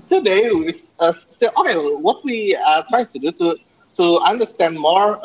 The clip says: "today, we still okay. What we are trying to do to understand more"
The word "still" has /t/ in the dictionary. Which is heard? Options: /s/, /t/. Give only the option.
/s/